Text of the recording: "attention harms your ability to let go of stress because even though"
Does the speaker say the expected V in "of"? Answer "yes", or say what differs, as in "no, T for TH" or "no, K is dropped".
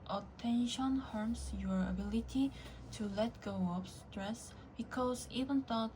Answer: no, P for V